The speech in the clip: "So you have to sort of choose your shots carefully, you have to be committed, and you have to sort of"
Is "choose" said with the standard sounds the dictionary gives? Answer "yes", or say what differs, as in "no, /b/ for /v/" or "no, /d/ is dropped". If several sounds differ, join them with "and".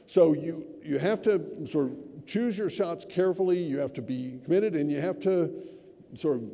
yes